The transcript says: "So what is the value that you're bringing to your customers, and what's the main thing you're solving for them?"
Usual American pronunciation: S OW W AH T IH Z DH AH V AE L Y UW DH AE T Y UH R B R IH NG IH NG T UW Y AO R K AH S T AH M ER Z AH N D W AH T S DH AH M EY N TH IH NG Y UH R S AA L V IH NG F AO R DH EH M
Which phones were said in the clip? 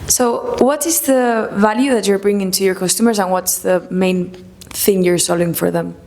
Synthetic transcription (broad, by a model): S OW W AH T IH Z DH AH V AE L Y UW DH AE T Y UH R B R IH NG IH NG T UW Y AO R K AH S T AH M ER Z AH N W AH T S DH AH M EY N TH IH NG Y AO R S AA L IH NG F AO R DH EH M